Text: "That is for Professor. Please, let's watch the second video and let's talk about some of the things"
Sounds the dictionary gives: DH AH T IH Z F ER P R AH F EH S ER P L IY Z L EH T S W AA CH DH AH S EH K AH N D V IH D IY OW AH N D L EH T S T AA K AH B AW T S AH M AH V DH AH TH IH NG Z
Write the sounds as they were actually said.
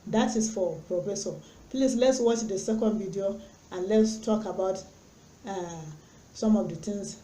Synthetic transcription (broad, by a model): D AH T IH S F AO P R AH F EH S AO P L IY S L EH T S W AA CH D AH S EH K AH N D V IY D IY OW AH N L EH T S T AA K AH B AW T S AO M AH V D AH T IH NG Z